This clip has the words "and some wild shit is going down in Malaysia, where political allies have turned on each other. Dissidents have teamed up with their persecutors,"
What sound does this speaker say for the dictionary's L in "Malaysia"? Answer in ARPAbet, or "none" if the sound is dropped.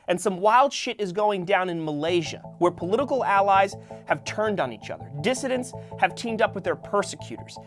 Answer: L